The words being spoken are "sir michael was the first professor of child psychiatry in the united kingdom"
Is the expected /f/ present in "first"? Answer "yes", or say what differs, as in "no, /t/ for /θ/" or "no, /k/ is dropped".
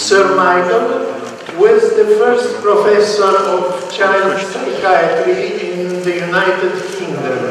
yes